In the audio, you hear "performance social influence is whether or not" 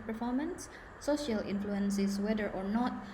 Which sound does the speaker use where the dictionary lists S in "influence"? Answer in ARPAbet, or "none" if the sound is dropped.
S